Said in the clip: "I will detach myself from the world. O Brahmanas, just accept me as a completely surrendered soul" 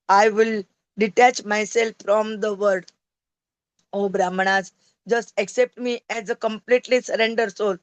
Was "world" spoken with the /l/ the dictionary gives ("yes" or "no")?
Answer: no